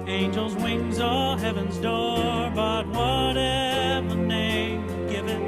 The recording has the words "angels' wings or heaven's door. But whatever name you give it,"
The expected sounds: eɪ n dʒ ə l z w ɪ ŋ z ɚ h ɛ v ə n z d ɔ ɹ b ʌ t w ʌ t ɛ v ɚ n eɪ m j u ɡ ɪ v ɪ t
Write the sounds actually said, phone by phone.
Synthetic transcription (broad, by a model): eɪ n dʒ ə l z w ɪ ŋ z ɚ h ɛ v ə n z d ɔ ɹ b ʌ t w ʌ t ɛ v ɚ n eɪ m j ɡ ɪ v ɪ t